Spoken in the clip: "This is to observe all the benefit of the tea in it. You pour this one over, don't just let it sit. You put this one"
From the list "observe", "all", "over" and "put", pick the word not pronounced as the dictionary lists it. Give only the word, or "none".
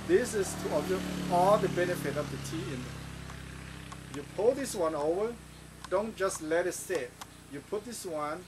observe